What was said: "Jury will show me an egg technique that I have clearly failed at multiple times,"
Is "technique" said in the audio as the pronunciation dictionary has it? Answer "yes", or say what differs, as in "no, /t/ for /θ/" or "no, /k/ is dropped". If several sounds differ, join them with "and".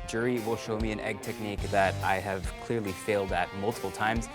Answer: yes